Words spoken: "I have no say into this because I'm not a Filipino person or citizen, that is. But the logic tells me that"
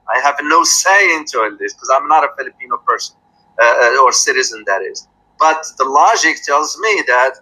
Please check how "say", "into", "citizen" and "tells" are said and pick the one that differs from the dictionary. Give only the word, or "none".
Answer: none